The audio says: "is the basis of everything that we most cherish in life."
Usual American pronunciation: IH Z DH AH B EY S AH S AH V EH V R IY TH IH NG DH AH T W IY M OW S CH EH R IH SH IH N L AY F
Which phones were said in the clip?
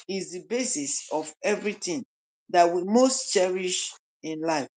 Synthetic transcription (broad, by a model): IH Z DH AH B EY S AH S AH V EH V R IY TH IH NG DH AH T W IY M OW S CH EH R IH SH IH N L AY F